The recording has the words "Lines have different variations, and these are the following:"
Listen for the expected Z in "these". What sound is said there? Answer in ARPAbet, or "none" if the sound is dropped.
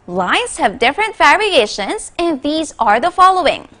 Z